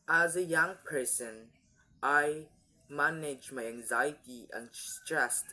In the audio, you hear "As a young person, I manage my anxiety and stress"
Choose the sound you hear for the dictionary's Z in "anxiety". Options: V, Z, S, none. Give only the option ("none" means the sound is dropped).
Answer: Z